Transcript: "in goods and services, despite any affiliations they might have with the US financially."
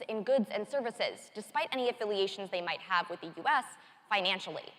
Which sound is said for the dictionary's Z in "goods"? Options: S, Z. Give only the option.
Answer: Z